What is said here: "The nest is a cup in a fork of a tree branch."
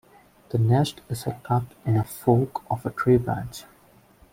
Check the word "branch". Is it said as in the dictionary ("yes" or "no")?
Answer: no